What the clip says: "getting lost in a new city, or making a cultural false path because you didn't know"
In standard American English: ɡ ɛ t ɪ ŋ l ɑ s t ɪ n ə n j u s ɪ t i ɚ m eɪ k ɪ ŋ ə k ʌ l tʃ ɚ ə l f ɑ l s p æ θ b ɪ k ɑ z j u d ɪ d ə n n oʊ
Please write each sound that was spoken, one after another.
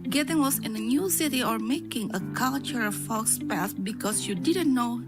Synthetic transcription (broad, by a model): ɡ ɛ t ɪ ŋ w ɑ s ɪ n ə n j u s ɪ t i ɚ m eɪ k ɪ ŋ ə k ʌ l tʃ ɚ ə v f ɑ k s p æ s b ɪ k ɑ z j u d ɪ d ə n n oʊ